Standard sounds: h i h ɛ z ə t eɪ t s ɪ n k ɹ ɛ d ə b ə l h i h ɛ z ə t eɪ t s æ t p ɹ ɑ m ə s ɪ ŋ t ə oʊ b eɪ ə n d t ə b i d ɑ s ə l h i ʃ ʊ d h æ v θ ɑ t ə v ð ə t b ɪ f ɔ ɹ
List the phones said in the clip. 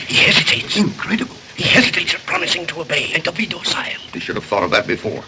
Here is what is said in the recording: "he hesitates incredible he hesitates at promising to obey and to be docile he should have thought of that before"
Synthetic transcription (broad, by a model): h i h ɛ z ə t eɪ t s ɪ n k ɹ ɛ d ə b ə l h i h ɛ z ə t eɪ t s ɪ p ɹ ɑ m ə s ɪ ŋ t ə oʊ b eɪ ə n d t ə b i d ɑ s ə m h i ʃ ʊ d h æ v θ ɑ t ə v ð ə t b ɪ f ɔ ɹ